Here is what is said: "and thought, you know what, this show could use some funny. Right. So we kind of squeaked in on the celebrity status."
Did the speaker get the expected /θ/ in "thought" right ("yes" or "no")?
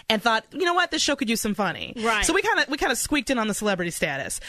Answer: yes